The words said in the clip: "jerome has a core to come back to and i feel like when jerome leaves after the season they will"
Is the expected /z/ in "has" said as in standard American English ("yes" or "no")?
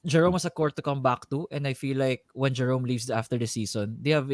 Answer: no